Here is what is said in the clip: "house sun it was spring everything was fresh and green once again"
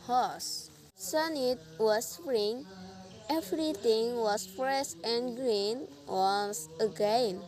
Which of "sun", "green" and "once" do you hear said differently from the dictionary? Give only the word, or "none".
once